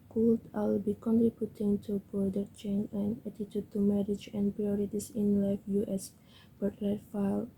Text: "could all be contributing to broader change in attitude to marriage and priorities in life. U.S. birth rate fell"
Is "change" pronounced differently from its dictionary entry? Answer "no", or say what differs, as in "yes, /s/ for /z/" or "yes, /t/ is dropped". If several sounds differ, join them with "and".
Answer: yes, /dʒ/ is dropped